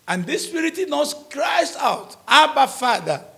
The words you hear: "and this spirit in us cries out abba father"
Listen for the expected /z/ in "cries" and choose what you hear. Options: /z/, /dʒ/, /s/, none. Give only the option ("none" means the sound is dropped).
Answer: /s/